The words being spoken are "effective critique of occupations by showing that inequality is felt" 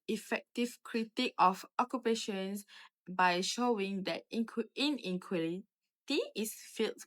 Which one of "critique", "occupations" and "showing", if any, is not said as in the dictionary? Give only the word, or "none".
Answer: occupations